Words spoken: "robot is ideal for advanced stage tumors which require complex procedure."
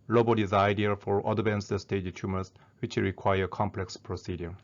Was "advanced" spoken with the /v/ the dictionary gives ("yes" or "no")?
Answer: no